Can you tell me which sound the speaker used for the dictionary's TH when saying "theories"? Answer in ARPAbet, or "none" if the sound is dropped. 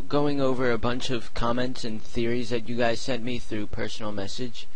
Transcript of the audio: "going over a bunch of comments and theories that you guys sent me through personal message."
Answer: TH